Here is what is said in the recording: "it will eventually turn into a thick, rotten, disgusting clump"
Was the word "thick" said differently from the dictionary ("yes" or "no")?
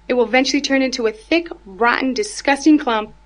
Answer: no